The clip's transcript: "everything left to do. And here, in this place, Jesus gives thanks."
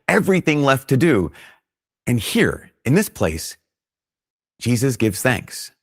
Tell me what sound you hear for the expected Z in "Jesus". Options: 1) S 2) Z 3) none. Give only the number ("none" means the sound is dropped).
2